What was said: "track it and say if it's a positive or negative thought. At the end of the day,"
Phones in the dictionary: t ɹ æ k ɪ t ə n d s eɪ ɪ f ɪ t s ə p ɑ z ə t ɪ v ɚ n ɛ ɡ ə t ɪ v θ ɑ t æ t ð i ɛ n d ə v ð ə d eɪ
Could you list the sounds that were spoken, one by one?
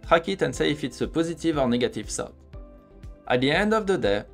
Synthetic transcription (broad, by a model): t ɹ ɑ k ɪ t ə n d s eɪ ɪ f ɪ t s ə p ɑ z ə t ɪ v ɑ n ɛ ɡ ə t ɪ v s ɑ t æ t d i ɛ n d ə v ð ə d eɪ